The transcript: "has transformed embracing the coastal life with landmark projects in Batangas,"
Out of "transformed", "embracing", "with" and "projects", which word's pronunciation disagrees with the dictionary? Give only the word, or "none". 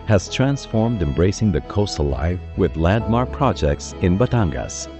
none